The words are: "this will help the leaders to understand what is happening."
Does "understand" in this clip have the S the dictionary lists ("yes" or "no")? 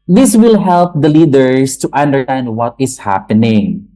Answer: no